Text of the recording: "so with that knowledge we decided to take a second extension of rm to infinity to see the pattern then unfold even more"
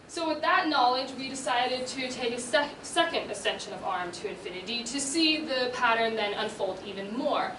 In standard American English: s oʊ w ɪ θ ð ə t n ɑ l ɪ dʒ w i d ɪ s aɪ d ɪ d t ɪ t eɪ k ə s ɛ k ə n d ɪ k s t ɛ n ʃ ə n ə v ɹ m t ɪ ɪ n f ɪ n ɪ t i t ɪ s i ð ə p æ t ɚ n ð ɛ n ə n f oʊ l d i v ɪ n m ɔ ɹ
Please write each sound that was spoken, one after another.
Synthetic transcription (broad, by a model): s oʊ w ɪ ð ə t n ɑ l ɪ dʒ w i d ɪ s aɪ d ɪ d t ɪ t eɪ k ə s ɛ k ə n d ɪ s ɛ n ʃ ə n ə v ɹ m t ɪ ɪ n f ɪ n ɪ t i t ɪ s i ð ə p æ t ɚ n ð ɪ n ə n f oʊ l d i v ɪ n m ɔ ɹ